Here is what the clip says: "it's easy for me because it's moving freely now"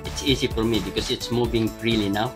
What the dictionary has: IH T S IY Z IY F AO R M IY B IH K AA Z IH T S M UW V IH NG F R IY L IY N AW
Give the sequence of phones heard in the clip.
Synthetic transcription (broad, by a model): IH T S IY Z IY F AO R M IY B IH K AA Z IH T S M UW V IH NG R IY L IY N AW